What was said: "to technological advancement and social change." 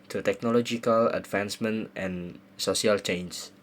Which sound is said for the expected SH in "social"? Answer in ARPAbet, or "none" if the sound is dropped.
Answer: none